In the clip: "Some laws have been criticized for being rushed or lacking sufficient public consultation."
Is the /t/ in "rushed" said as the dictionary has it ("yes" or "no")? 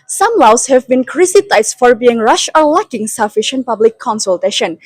no